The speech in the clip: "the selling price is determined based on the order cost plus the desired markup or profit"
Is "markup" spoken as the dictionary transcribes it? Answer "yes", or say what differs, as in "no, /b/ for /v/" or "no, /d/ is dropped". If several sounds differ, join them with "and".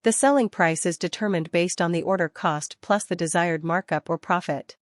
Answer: yes